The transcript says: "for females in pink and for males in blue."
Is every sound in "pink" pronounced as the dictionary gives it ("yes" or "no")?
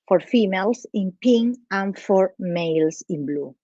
no